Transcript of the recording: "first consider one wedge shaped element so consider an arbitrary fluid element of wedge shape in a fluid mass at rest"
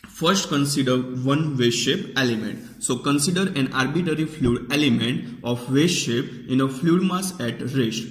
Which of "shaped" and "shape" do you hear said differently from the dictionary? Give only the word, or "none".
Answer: shaped